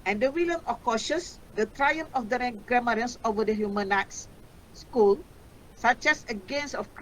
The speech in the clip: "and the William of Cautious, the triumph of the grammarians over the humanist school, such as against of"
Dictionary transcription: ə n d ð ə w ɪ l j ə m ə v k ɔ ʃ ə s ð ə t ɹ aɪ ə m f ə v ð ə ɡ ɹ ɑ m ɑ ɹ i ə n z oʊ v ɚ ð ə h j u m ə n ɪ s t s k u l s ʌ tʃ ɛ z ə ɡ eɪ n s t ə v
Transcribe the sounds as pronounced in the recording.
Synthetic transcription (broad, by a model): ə n d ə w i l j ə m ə k ɔ ʃ ə s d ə t ɹ aɪ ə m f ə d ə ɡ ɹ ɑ m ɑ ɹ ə n s oʊ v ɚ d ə h j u m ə n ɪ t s s k u l s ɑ tʃ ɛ s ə ɡ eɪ n s ə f